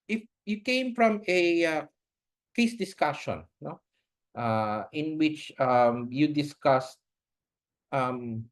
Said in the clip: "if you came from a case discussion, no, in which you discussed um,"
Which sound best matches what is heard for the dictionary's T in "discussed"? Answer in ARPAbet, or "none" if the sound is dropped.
T